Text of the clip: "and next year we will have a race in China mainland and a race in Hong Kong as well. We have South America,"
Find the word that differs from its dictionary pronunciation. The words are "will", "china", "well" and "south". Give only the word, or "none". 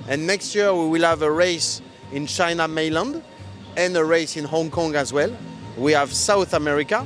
none